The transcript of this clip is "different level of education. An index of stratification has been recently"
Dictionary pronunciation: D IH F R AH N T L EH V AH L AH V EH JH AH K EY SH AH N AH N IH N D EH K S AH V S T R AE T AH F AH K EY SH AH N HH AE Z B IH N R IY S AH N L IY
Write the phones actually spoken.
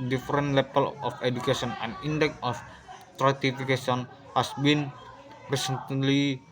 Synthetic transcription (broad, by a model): D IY F R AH N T L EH P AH L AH F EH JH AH K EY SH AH N AH N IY N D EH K AH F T R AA T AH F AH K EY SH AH N HH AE S B IH N R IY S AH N L IY